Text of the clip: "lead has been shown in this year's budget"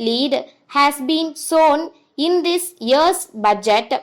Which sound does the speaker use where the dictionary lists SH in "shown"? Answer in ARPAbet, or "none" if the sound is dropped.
S